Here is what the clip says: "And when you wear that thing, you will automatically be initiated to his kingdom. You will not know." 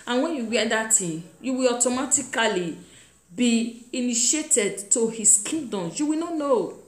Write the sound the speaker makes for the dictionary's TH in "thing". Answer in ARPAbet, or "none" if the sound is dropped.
T